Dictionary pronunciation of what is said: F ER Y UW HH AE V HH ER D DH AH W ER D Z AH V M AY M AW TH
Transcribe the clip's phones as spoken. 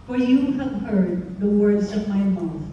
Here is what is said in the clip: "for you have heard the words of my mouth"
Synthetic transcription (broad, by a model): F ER Y UW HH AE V HH ER D DH AH W ER D Z AH V M AY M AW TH